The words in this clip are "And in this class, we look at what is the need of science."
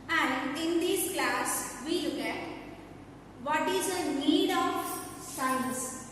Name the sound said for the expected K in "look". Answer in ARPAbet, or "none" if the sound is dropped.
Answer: K